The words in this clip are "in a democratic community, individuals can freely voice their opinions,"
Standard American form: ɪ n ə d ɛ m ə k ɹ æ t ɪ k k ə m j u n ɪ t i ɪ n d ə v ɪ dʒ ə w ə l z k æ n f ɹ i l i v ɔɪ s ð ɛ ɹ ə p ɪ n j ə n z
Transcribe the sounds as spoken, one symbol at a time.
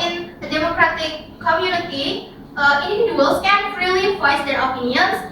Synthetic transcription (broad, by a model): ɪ n ə d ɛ m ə k ɹ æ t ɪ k k ə m j u n ɪ t i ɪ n d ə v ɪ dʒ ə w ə l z k æ n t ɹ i l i p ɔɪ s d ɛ ɹ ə p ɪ n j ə n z